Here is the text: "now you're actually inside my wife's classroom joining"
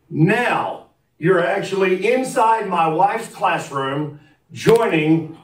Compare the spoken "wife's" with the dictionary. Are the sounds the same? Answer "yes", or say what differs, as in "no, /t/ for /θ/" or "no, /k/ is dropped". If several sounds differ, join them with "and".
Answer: no, /s/ is dropped